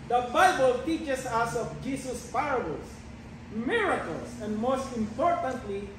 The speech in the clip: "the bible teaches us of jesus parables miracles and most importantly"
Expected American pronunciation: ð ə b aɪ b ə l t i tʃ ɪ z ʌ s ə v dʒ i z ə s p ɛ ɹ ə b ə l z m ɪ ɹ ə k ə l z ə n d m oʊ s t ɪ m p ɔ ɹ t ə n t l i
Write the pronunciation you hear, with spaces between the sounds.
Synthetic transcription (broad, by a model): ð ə b aɪ b ə l t i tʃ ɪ s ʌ s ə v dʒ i s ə s p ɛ ɹ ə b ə l s m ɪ ɹ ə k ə l s ə n d m oʊ s t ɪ m p ɔ ɹ t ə n t l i